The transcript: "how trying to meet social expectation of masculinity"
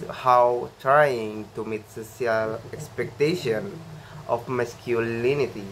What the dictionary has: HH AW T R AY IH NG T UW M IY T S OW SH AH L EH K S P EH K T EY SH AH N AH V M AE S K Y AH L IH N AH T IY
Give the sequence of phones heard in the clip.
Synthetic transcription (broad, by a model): HH AW T R AY IH NG T UW M IY T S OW S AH L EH K S P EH K T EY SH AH N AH F M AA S K Y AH L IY N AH T IY